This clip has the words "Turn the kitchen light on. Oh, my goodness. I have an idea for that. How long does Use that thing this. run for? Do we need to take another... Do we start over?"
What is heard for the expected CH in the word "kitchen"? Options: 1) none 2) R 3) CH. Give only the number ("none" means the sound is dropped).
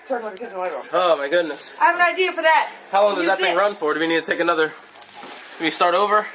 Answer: 1